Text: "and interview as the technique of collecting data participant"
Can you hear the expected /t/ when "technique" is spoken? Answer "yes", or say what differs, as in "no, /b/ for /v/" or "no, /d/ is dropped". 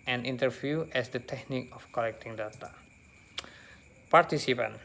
yes